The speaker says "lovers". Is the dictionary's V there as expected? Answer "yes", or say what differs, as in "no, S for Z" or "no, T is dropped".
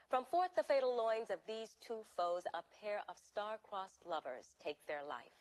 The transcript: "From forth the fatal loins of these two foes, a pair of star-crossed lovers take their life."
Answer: yes